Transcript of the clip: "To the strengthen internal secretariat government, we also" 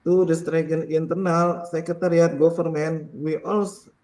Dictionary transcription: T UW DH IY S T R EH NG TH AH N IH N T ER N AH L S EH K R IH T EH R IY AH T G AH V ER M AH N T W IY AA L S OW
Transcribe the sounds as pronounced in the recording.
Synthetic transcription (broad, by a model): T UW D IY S T R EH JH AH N IH N T ER N AH L S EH K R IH T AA R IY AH T G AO F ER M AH N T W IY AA L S